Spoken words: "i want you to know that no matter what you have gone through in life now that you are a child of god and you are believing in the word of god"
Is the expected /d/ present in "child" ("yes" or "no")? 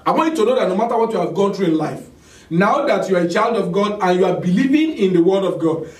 yes